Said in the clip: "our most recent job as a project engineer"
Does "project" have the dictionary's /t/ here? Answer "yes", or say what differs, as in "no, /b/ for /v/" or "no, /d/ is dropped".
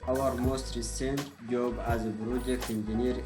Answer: no, /t/ is dropped